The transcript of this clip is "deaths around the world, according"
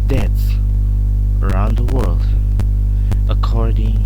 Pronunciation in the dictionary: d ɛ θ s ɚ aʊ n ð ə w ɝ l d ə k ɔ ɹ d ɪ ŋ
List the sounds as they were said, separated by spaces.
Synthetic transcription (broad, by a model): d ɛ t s ɚ aʊ n ð ə w ɝ l d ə k ɔ ɹ d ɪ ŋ